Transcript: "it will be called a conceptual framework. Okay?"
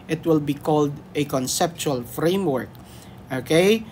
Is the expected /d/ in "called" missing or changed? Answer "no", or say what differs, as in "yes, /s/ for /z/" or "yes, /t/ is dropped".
no